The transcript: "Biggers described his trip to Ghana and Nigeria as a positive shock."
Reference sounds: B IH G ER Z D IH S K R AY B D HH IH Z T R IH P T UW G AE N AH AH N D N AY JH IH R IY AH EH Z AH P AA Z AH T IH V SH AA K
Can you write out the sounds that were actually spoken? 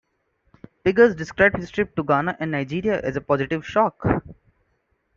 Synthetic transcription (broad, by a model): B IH G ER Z D IH S K R AY B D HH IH S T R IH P T UW G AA N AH AH N D N AY JH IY R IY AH EH Z AH P AA Z AH T IH V SH AA K